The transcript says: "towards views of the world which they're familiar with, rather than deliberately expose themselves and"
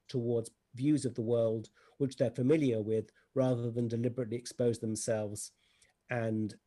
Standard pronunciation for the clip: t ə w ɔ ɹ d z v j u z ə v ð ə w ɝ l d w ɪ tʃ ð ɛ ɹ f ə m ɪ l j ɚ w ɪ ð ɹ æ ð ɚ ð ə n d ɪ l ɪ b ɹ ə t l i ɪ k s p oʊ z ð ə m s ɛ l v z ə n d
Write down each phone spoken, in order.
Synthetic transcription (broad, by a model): t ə w ɔ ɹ d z v j u z ə v ð ə w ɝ l d w ɪ tʃ ð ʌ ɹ f ə m ɪ l j ɚ w ɪ ð ɹ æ ð ɚ ð ə n d ɪ l ɪ b ɹ ə t l i ɪ k s p oʊ z ð ə m s ɛ l v z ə n